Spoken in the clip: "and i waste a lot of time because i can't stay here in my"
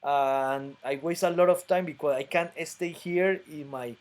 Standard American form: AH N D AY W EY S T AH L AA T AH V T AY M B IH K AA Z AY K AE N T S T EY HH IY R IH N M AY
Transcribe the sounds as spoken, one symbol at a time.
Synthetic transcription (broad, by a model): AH N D AY W EY S T AH L AA T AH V T AY M B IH K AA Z AY K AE N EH S T EY HH IY R IH N M AY